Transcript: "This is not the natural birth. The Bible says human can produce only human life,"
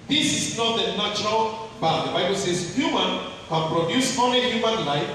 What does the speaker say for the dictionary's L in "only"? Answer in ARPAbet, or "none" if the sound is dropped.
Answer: none